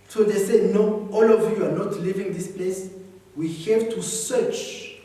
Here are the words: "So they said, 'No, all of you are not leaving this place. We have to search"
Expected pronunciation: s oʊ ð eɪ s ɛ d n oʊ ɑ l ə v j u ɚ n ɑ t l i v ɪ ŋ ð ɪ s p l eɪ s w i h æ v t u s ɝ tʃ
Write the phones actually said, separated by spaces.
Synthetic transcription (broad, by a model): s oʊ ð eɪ s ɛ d n oʊ ɑ l ə v j u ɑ n ɑ t l i v ɪ ŋ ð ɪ s p l eɪ s w i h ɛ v t u s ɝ tʃ